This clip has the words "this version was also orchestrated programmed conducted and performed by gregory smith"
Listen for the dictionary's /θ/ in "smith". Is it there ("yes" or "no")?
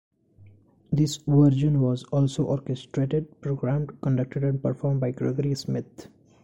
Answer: no